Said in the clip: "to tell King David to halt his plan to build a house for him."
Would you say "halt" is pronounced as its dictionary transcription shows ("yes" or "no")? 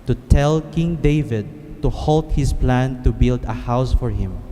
yes